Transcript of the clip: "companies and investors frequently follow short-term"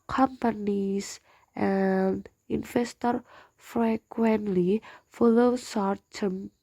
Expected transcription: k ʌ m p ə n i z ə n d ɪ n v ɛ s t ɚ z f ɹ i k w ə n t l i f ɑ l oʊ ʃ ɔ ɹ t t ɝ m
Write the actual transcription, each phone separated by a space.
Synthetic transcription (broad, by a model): k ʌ m p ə n i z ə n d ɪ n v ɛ s t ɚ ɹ f ɹ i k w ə n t l i f ɑ l oʊ s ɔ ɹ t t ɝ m